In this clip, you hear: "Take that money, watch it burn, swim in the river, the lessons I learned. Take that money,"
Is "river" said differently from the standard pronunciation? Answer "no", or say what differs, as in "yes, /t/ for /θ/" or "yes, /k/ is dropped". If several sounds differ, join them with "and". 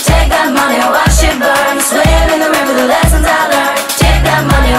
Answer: yes, /b/ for /v/